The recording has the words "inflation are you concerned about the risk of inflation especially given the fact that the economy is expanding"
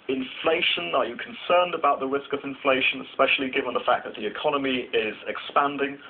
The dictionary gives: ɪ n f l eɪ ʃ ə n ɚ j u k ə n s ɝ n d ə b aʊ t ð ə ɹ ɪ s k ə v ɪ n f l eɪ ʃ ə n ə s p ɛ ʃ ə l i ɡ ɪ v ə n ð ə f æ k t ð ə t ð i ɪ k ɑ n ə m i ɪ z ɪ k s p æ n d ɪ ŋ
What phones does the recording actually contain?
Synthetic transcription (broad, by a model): ɪ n f l eɪ ʃ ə n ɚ j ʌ k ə n s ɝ n d ə b aʊ t ð ə ɹ ɪ s k ə v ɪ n f l eɪ ʃ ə n ə s p ɛ ʃ ə l i ɡ ɪ v ə n ð ə f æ k ð ə t ð i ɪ k ɑ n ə m i ɪ z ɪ k s p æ n d ɪ ŋ